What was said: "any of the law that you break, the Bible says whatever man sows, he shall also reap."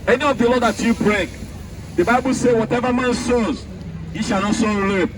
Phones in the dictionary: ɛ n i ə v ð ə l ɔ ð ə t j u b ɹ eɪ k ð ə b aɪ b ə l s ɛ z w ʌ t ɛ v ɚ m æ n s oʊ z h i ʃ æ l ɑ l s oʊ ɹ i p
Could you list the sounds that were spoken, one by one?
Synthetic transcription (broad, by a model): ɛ n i ə v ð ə l ɔ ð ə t j u b ɹ eɪ k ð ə b aɪ b ə l s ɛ w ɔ t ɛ v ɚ m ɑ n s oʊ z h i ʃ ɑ n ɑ s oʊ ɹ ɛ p